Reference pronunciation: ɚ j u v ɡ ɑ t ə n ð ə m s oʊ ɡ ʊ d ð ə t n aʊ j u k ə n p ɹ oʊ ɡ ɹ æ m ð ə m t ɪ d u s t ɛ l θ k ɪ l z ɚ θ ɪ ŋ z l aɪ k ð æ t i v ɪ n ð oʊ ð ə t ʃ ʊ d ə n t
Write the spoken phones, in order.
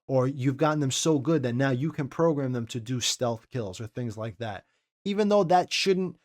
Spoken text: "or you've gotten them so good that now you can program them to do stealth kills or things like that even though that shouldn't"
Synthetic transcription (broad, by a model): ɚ j u v ɡ ɑ t n ð ə m s oʊ ɡ ʊ d ð ə t n aʊ j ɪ k ə n p ɹ oʊ ɡ ɹ æ m ð ə m t ɪ d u s t ɛ l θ k ɪ l z ɚ θ ɪ ŋ z l aɪ k ð æ t i v ɪ n ð oʊ ð ə t ʃ ʊ d n t